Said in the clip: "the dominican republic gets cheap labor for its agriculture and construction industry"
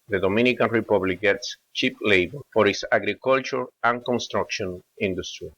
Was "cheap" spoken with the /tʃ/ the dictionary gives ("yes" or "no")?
yes